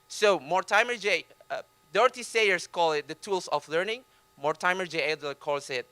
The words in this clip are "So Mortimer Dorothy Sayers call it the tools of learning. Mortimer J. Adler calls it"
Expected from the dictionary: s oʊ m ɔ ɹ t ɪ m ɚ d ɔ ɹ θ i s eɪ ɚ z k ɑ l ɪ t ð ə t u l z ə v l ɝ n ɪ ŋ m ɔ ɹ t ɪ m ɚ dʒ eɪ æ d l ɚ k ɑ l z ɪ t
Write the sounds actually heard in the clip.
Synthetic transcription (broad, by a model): s oʊ m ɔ ɹ t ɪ m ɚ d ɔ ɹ t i s eɪ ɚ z k ɑ l ɪ t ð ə t u l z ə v l ɝ n ɪ ŋ m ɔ ɹ t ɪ m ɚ dʒ eɪ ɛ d ɚ k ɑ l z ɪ t